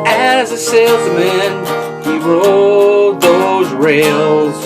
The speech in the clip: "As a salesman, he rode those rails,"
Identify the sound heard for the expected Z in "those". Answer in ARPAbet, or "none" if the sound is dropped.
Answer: Z